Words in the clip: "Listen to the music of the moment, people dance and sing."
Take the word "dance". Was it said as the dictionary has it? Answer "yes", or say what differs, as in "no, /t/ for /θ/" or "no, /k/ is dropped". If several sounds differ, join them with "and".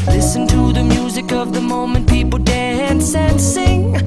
yes